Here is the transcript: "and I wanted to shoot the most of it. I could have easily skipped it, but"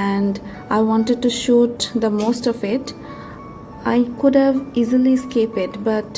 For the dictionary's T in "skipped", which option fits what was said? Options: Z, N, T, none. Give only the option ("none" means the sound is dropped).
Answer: none